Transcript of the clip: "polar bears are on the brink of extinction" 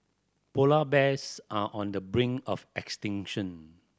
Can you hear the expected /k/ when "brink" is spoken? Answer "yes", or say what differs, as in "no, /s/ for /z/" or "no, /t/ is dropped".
no, /k/ is dropped